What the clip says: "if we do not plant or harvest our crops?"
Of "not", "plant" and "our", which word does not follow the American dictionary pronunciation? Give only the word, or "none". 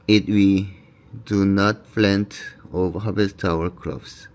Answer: plant